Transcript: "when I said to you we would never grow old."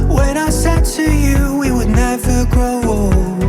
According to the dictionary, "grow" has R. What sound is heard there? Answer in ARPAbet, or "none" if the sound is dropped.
none